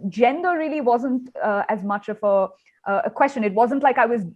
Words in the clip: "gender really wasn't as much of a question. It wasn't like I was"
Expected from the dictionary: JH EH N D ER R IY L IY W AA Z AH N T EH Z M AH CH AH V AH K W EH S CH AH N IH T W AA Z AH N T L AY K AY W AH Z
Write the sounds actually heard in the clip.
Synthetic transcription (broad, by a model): JH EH N D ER R IY L IY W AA Z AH N T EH Z M AH CH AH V AH K W EH S CH AH N IH T W AA Z AH N T L AY K AY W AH Z